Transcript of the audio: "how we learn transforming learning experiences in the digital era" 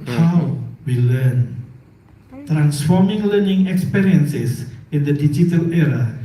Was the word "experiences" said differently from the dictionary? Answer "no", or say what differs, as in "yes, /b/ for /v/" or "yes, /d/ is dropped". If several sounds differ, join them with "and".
yes, /s/ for /z/